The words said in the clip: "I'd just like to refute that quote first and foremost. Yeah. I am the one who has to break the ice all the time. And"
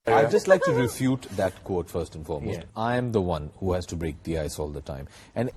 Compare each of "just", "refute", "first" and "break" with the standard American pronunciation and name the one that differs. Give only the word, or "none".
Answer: none